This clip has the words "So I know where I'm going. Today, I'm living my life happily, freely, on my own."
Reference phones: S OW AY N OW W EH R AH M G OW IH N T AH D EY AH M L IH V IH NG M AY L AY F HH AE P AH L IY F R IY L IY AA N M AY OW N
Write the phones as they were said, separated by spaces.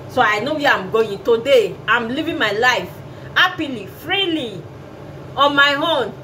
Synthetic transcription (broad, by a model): S OW AY N OW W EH AH M G OW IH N T AH D EY AH M L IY V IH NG M AY L AY F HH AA P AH L IY F R IY L IY AA N M AY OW N